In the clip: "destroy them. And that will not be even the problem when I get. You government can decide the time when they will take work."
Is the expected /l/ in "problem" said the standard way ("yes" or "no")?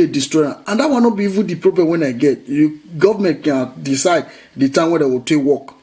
no